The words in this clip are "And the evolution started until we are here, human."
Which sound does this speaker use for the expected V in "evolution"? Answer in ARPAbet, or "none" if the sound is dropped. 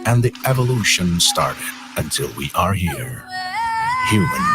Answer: V